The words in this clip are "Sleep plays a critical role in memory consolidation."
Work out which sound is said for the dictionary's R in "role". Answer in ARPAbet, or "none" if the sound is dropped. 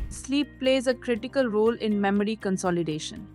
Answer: R